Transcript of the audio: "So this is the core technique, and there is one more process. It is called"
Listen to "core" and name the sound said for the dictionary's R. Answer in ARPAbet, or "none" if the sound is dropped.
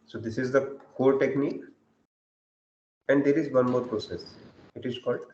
L